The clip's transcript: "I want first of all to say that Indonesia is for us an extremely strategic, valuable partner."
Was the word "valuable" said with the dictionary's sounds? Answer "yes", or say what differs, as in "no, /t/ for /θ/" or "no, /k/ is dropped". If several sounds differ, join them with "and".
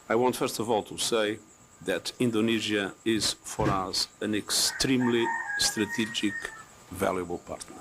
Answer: yes